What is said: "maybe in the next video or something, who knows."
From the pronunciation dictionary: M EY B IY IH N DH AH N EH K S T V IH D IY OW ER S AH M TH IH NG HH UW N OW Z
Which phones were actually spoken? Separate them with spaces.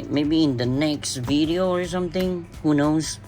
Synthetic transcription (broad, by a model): M EY B IY IH N DH AH N EH K S T V IH D IY OW ER S AH M TH IH NG HH UW N OW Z